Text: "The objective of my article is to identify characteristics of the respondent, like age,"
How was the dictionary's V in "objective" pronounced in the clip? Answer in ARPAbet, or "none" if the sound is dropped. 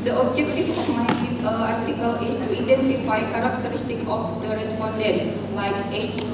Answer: F